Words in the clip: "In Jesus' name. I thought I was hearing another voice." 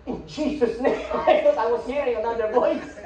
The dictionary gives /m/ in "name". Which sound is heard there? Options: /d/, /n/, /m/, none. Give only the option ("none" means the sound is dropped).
none